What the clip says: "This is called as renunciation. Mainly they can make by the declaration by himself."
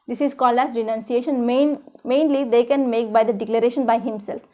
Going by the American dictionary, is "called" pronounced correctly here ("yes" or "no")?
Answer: no